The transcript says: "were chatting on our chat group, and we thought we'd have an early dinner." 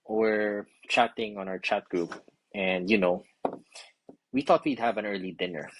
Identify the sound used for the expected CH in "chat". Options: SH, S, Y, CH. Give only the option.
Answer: CH